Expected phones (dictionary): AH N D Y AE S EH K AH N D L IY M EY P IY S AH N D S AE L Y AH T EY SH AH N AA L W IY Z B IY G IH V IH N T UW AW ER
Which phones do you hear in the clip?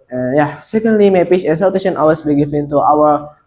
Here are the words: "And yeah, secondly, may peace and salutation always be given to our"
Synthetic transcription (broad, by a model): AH Y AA S EH K AH N D L IY M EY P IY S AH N S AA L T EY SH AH N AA W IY S B IY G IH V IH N T UW AW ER